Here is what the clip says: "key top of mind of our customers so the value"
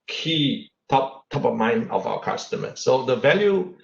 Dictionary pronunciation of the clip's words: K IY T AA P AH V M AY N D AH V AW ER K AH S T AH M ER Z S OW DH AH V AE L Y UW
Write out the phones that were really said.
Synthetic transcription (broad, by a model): K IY T AA P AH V M AY N AH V AW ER K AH S T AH M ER S OW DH AH V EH L Y UW